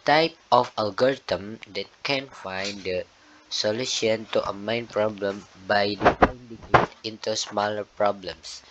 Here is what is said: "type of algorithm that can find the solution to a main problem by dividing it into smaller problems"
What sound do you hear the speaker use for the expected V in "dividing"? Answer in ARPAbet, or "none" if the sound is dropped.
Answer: P